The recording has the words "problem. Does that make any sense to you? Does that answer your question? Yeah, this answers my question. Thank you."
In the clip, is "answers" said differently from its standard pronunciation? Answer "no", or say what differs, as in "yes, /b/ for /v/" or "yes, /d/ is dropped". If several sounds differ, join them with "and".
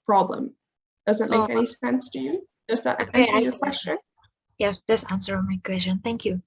yes, /z/ is dropped